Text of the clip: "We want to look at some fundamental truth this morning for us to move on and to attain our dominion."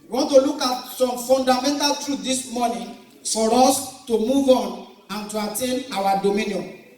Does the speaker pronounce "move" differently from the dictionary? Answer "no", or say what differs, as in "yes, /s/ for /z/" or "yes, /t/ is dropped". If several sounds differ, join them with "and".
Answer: no